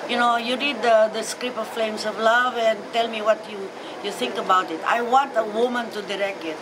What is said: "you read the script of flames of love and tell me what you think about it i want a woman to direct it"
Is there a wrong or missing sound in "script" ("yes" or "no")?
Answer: yes